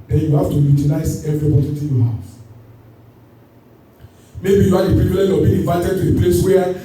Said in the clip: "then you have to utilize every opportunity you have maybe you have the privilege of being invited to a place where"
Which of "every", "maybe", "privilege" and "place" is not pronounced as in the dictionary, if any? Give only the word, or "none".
privilege